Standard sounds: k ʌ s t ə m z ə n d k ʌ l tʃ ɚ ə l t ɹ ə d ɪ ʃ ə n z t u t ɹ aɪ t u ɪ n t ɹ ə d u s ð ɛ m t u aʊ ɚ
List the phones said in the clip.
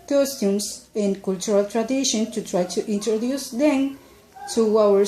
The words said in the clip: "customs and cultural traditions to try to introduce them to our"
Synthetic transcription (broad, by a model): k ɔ s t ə m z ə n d k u l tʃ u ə l t ɹ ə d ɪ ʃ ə n t u t ɹ aɪ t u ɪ n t ɹ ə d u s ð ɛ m t u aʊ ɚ